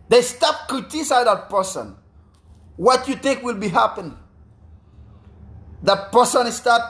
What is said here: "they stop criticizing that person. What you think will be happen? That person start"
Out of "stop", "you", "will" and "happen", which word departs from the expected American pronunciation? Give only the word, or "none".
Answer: none